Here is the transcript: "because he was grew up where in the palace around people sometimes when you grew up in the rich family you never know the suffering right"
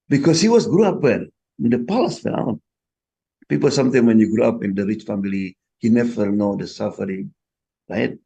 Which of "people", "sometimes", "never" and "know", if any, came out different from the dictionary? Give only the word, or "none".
sometimes